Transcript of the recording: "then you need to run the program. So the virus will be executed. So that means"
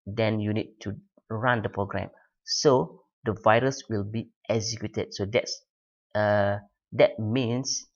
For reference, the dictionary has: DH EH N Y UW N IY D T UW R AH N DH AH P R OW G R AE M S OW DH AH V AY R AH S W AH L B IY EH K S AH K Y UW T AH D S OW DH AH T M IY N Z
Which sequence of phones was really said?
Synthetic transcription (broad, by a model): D EH N Y UW N IY D T UW R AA N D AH P R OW G R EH M S OW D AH V AY R AH S W AH L B IY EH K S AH K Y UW T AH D S OW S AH T M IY N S